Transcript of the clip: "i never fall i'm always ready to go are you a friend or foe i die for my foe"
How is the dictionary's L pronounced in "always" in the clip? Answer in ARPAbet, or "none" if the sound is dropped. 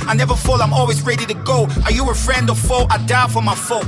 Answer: L